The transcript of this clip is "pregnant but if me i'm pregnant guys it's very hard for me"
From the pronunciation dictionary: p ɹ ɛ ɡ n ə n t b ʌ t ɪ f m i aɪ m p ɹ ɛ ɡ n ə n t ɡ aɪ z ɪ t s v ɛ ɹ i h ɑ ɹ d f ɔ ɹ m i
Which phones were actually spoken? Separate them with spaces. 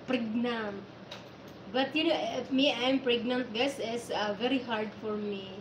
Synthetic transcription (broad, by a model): p ɹ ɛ ɡ n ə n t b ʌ t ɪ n m i aɪ m p ɹ ɛ ɡ n ə n t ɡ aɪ s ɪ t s v ɛ ɹ i h ɑ ɹ d f ɔ ɹ m i